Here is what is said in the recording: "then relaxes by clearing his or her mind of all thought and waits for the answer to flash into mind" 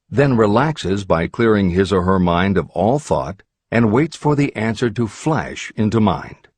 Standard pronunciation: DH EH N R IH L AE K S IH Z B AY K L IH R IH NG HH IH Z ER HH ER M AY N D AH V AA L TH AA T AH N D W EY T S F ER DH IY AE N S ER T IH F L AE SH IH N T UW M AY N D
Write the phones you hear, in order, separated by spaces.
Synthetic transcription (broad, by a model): DH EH N R IH L AE K S IH Z B AY K L IH R IH NG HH IH Z ER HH ER M AY N D AH V AA L TH AA T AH N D W EY T S F ER DH IY AE N S ER T IH F L AE SH IH N T UW M AY N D